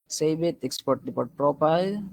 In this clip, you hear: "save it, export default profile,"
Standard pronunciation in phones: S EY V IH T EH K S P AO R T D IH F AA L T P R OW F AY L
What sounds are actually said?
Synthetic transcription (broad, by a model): S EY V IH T EH K S P AO R T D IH P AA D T P R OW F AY L